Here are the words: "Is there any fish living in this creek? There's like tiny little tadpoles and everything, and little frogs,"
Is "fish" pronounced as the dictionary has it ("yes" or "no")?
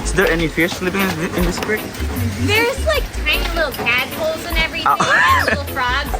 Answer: no